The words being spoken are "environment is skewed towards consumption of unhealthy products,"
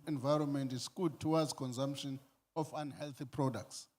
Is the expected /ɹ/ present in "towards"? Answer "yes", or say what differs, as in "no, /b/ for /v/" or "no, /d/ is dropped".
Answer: no, /w/ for /ɹ/